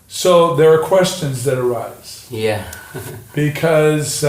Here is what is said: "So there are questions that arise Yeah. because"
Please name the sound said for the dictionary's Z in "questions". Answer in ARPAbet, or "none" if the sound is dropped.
Z